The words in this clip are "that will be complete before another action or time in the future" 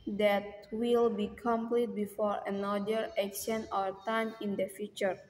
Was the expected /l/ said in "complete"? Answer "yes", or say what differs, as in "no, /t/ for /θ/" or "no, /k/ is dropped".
yes